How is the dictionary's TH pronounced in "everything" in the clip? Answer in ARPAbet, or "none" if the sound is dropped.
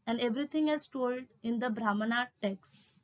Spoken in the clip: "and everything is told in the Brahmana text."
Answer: T